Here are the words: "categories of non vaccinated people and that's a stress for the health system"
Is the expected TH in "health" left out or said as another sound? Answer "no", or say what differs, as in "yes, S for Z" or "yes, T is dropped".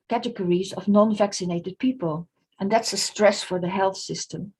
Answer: no